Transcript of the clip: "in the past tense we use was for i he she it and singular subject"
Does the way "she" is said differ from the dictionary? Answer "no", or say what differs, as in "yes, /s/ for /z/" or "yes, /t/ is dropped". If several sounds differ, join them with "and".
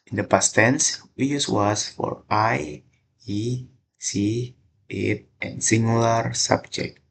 yes, /s/ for /ʃ/